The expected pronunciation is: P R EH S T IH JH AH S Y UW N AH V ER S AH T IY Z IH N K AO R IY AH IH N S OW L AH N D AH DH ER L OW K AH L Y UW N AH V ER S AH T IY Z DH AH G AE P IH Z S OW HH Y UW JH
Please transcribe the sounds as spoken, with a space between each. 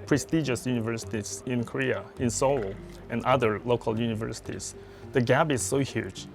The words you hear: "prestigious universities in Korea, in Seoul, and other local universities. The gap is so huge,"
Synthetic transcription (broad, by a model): P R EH S T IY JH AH S Y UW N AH V ER S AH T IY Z IH N K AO R IY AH IH N S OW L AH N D AH DH ER L OW K AH L Y UW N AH V ER S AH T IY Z DH AH G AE B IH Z S OW HH Y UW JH